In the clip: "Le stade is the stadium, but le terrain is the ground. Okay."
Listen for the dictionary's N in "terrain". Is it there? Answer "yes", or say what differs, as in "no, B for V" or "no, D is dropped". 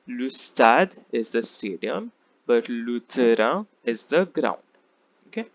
no, N is dropped